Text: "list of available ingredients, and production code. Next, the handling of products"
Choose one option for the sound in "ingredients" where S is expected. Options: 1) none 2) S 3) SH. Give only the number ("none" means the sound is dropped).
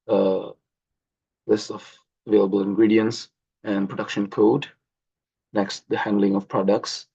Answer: 2